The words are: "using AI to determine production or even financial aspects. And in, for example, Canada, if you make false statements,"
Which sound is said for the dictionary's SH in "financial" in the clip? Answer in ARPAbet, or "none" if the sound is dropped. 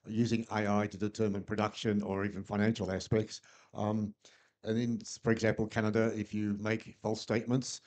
SH